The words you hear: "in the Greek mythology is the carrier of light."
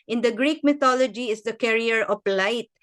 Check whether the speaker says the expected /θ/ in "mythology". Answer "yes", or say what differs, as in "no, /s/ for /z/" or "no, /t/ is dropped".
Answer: no, /t/ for /θ/